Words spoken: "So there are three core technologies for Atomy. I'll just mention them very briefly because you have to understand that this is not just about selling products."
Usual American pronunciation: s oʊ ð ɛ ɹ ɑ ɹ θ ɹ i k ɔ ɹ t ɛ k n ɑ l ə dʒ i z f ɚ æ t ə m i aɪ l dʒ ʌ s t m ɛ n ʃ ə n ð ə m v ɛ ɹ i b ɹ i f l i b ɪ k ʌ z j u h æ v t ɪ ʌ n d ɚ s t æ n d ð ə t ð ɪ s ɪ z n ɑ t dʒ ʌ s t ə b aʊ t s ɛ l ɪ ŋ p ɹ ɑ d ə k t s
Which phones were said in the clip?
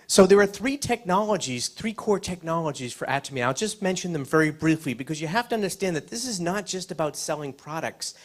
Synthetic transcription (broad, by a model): s oʊ ð ɛ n ɑ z θ ɹ i k ɔ ɹ t ɛ k n ɑ l ə dʒ i z f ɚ æ t ə m i aɪ l dʒ ʌ s t m ɛ n ʃ ə n ð ə m v ɛ ɹ i b ɹ i f l i b ɪ k ʌ z j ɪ h æ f t ɪ ʌ n d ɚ s t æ n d ð ə t ð ɪ s ɪ z n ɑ t dʒ ʌ s t ə b aʊ t s ɛ l ɪ ŋ p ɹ ɑ d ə k t s